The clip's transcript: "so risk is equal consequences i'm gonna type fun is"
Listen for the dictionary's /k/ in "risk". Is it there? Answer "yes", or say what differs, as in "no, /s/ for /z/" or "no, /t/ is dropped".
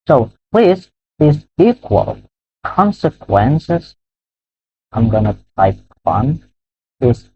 no, /k/ is dropped